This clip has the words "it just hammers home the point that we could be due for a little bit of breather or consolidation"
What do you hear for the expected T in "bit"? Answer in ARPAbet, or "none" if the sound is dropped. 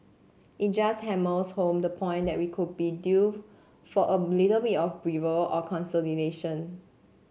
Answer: none